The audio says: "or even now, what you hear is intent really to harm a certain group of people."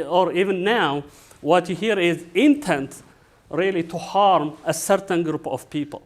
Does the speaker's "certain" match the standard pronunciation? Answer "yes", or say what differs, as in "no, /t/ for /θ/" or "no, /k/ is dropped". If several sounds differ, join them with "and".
yes